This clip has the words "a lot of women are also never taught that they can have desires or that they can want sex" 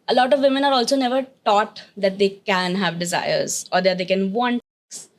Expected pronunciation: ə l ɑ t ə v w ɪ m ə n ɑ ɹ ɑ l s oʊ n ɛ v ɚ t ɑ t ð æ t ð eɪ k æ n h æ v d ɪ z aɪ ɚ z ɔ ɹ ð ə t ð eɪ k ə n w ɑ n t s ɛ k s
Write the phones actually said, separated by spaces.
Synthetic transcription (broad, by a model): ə l ɑ t ə v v ɪ m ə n ɑ ɹ ɑ l s oʊ n ɛ v ɚ t ɑ t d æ t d eɪ k æ n h æ v d ɪ z aɪ ɚ z ɔ ɹ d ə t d eɪ k ə n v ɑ n t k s